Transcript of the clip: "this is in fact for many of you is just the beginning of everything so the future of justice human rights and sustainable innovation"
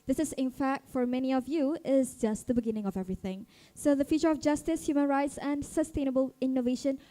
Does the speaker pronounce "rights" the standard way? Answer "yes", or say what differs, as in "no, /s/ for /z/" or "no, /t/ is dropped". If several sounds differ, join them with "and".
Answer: yes